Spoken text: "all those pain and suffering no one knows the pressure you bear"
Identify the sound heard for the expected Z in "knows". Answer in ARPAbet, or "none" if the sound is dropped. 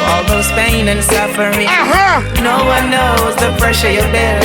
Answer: Z